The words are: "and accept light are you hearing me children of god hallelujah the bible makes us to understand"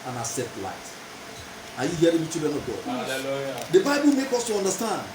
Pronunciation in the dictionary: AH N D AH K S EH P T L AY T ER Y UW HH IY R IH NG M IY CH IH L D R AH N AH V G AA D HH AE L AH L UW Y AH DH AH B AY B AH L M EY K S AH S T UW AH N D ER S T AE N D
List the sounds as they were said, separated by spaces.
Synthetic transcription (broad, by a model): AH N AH S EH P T L AY T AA Y UW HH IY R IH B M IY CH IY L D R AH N AH V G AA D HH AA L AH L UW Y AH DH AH B AY B AH L M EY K AO S T UW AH N D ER S T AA N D